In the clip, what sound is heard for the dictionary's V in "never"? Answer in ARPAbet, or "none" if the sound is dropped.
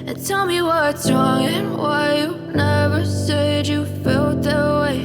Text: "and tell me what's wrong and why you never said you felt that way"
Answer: V